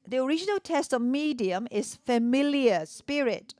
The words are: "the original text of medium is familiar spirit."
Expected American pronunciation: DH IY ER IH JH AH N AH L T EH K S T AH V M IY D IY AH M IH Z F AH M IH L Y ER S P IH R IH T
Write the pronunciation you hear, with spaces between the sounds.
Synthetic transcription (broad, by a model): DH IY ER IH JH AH N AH L T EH S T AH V M IY D IY AH M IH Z F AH M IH L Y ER S P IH R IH T